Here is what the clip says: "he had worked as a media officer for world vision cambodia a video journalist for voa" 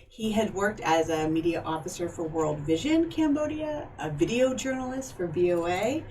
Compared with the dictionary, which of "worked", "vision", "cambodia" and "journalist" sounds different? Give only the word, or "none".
none